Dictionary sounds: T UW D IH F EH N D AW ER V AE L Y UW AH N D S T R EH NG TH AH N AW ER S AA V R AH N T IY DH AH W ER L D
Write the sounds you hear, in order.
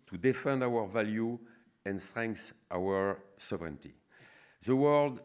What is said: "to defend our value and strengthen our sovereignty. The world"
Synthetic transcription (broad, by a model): T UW D IH F EH N D AW ER V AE L Y UW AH N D S T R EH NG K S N AW ER S AA V R AH N T IY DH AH W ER L D